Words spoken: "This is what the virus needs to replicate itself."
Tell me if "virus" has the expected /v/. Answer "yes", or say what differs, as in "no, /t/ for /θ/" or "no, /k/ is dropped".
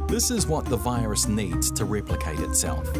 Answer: yes